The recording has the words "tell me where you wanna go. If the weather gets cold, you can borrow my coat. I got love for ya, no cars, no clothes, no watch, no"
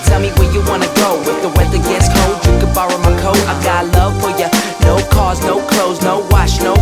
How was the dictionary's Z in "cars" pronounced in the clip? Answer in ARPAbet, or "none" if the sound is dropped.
Z